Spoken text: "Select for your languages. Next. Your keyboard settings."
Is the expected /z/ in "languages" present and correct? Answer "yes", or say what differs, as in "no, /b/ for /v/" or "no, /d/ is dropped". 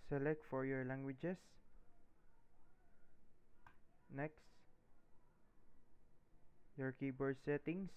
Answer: no, /s/ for /z/